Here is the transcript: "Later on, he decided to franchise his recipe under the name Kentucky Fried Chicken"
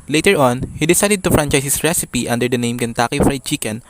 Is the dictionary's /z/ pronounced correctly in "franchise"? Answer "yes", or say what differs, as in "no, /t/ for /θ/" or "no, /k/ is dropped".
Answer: no, /s/ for /z/